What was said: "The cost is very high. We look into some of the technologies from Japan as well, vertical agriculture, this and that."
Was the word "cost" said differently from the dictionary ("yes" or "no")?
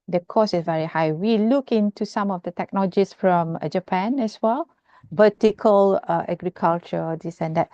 yes